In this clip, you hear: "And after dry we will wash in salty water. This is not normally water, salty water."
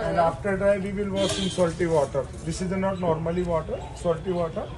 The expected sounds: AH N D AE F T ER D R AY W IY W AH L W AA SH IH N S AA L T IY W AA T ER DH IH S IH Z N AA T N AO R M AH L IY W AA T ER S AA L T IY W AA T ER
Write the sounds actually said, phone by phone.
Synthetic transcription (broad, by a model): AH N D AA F T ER D R AY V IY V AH L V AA S IH N S AA L T IY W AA T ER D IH S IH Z N AA T N AO R M AH L IY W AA T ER S AA L T IY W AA T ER